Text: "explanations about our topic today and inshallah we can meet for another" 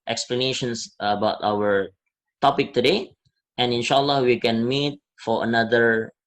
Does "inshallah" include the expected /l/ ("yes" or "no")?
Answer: yes